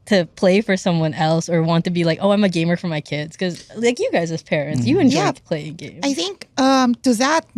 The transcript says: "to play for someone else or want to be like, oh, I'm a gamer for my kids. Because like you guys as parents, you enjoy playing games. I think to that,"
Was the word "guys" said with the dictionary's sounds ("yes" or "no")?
yes